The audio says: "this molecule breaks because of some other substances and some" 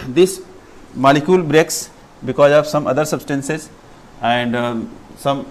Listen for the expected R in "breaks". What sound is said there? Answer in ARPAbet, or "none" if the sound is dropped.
R